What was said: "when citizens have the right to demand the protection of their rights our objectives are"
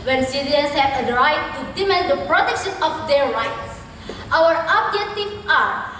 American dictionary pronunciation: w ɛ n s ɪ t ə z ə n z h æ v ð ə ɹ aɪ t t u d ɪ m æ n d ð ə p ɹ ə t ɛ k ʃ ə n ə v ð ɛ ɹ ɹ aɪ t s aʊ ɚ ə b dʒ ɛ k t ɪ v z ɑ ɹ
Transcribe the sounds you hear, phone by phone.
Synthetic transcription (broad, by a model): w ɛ n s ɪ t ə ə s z h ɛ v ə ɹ aɪ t t u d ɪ m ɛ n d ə p ɹ ə t ɛ k ʃ ə n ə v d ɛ ɹ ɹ aɪ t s aʊ ɚ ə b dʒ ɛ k t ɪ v ɑ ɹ